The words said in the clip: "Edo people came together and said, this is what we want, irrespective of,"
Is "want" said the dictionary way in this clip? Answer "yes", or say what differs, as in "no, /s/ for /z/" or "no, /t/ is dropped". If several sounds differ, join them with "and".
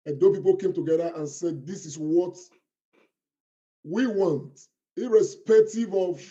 yes